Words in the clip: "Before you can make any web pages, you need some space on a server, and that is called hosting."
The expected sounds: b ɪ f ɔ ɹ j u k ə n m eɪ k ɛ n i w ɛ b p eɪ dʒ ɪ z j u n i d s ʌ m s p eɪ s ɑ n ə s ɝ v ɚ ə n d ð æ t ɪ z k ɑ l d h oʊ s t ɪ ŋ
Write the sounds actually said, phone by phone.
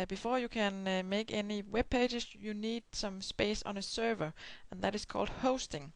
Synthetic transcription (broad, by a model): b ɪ f ɔ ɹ j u k ə n m eɪ k ɛ n i w ɛ b p eɪ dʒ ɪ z j u n i d s ʌ m s p eɪ s n ə s ɝ v ɚ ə n ð æ t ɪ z k ɑ l d h oʊ s t ɪ ŋ